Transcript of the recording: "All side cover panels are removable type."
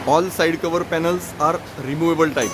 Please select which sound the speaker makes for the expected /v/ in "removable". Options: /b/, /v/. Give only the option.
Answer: /v/